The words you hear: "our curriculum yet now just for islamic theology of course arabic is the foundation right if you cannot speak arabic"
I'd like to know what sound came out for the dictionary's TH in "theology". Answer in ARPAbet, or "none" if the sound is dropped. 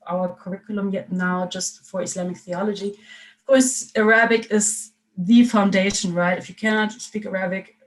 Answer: TH